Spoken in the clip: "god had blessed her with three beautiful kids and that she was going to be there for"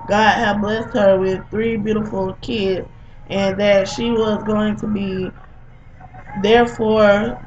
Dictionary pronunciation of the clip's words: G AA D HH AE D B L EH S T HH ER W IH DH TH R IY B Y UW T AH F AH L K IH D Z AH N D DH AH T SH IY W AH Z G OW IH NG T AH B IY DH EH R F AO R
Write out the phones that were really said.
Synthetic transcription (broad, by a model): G AA D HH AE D B L EH S T HH ER W IH DH TH R IY B Y UW T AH F L K IH D Z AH N DH AH T SH IY W AH Z G OW IH NG T AH B IY DH EH R F AO R